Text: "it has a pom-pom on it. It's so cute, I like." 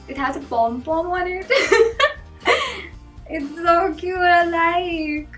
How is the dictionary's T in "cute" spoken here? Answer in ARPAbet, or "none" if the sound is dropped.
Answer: none